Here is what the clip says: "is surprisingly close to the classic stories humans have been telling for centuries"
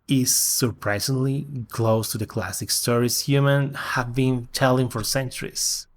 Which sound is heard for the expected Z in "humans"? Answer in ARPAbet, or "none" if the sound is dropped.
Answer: none